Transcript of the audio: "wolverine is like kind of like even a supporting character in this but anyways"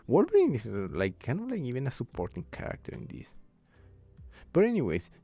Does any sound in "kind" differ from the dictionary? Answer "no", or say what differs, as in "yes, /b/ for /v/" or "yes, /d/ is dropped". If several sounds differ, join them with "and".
yes, /d/ is dropped